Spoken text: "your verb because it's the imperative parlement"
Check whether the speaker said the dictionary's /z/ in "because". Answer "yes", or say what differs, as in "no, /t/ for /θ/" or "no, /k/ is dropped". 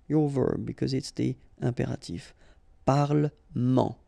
yes